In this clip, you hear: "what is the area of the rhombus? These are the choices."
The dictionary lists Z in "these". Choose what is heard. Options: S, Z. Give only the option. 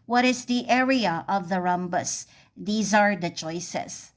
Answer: Z